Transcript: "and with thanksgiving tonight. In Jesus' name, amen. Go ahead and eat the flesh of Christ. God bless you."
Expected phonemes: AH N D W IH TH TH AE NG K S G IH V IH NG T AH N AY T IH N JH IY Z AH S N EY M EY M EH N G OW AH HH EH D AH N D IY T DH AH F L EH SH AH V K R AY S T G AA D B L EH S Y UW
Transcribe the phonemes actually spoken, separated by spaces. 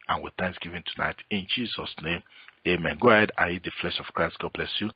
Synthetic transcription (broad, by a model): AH N W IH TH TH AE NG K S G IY V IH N T AH N AY T IH N JH IY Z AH S N EY M EY M EH N G OW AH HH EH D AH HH IY T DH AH F L EH SH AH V K R AY S T G AA D B L EH S Y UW